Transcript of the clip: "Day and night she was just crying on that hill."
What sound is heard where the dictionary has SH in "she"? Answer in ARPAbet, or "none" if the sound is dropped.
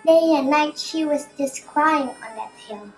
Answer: SH